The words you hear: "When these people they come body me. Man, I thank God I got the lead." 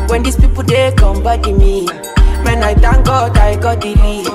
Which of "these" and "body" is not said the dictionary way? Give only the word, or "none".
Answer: these